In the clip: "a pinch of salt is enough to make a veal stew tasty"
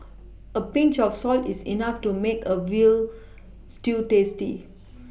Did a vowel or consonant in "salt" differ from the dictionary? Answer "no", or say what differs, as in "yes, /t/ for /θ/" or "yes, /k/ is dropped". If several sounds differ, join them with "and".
no